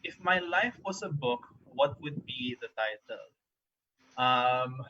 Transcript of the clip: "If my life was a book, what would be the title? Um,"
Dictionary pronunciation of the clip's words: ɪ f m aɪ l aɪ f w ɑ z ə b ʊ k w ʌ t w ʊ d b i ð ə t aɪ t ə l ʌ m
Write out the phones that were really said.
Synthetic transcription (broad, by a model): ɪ f m aɪ l aɪ f w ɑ s ə b ʊ k w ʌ t w ʊ d b i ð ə t aɪ t ə l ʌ m